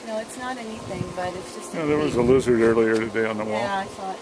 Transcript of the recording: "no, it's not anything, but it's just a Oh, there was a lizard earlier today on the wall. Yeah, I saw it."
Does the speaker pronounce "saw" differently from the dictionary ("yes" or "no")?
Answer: yes